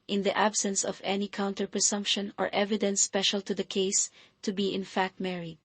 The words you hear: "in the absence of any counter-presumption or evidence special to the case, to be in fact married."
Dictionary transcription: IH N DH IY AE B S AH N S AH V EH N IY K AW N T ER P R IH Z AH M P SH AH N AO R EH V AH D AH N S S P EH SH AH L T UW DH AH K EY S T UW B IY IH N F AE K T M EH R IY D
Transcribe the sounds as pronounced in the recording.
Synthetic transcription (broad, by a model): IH N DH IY AE B S AH N S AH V EH N IY K AW N T ER P R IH S AH M P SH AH N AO R EH V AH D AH N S S P EH SH AH L T UW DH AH K EY S T UW B IY IH N F AE K T M EH R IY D